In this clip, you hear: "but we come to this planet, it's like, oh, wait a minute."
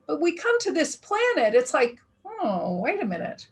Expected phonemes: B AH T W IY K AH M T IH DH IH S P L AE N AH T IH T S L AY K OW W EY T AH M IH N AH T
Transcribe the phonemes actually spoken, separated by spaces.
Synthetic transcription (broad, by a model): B AH T W IY K AH M T IH DH IH S P L AE N AH T IH T S L AY K OW W EY T AH M IH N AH T